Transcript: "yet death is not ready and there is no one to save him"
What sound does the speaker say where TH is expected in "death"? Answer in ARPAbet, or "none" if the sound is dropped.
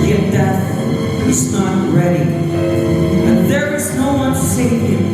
T